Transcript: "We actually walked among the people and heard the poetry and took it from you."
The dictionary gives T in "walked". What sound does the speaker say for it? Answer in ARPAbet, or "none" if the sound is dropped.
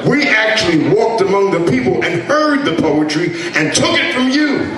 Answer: T